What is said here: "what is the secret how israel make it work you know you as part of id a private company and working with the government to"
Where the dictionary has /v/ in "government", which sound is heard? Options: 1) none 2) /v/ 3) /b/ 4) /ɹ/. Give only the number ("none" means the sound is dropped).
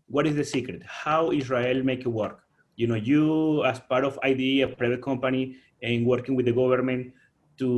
3